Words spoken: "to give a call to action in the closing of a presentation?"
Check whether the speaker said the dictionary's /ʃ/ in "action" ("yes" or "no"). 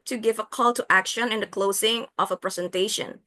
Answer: yes